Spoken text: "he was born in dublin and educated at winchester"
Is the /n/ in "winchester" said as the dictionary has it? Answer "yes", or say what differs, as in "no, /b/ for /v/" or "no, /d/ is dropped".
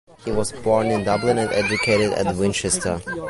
yes